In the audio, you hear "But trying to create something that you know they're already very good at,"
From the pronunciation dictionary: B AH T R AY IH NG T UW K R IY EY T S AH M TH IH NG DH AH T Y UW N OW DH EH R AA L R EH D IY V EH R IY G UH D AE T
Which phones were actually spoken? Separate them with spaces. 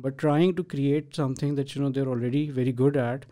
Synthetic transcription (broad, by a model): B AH T R AY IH NG T UW K R IY EY T S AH M T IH NG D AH T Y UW N OW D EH R AA L R EH D IY V EH R IY G UH D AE T